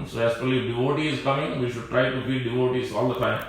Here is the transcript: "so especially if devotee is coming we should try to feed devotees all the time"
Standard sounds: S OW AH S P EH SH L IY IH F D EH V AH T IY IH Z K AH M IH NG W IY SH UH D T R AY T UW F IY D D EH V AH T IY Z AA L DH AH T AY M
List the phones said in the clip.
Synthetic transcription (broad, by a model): S OW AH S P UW L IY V D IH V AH T IY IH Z K AH M IH NG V IY SH UH D T R AY T UW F IY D D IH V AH T IY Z AA L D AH T AY M